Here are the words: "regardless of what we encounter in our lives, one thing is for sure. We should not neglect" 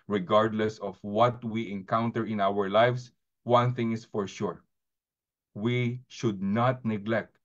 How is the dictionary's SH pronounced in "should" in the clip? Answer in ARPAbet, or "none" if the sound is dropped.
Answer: SH